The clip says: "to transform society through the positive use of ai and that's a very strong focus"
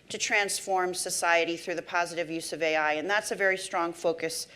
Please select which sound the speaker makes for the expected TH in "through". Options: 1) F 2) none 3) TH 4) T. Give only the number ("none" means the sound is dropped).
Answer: 3